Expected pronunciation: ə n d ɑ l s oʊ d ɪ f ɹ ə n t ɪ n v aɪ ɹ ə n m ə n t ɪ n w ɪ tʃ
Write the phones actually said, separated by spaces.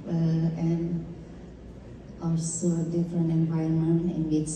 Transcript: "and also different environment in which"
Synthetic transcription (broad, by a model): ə n ɑ l s oʊ d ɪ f ɹ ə n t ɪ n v aɪ ə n m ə n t ɪ n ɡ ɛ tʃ